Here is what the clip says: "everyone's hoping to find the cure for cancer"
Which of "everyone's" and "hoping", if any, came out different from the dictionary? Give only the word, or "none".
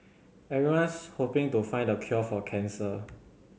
everyone's